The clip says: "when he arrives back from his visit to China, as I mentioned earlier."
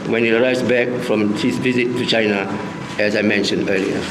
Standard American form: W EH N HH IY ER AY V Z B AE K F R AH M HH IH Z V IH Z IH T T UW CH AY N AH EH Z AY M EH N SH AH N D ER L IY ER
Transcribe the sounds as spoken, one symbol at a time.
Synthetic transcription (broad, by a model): W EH N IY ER AY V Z B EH K F R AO M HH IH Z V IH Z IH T T UW CH AY N AH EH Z AY M EH N SH AH N D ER L IY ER